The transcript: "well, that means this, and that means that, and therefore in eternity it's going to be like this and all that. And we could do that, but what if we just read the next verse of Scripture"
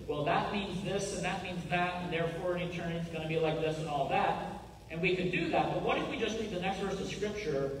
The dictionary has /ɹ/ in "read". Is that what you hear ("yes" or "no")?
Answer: no